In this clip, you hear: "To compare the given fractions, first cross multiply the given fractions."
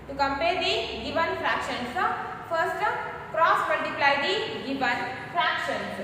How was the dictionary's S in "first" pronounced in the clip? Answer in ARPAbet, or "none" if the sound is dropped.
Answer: S